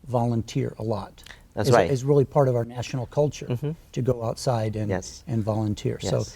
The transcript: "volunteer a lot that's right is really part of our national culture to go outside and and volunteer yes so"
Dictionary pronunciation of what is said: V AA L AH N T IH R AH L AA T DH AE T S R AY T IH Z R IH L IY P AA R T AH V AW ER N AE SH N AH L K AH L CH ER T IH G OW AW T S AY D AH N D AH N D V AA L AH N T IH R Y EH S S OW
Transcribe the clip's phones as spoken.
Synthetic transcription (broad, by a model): V AA L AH N T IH R AH L AA T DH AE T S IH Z IH Z R IH L IY P AA R T AH V AW ER N AE SH N L K AH L CH ER T IH G OW AW T S AY D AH N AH N V AA L AH N T IH R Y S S OW